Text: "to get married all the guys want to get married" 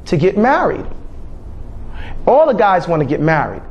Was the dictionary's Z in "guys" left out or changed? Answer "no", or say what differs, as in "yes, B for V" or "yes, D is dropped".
no